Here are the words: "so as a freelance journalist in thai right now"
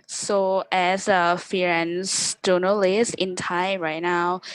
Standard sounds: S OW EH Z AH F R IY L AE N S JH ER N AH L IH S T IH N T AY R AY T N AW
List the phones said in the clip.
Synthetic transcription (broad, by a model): S OW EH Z AH F IY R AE N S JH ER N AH L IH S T IH N T AY R AY T N AW